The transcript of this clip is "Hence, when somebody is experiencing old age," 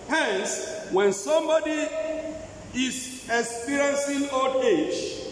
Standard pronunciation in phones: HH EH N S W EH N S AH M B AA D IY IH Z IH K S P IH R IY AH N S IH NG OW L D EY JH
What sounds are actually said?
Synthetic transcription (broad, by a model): HH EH N S W EH N S AH M B AA D IY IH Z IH K S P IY R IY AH N S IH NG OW D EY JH